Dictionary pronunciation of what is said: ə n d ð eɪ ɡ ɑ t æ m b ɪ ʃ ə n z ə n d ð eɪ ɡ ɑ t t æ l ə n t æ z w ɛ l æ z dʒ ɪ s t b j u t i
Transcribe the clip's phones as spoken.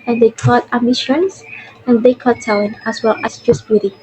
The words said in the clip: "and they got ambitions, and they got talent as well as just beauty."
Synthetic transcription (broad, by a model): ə n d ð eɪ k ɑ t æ m ɪ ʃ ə n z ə n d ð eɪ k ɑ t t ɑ ə n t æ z w ɛ l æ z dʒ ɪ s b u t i